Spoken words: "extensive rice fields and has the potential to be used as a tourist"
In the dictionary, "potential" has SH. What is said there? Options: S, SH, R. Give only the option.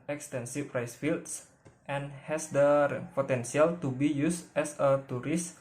S